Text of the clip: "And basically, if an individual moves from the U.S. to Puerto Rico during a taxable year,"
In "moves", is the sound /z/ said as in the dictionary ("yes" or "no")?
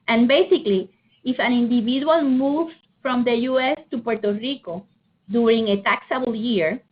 no